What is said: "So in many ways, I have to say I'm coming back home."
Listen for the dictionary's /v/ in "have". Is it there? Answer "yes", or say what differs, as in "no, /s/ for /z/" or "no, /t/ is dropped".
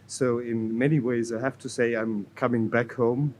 no, /f/ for /v/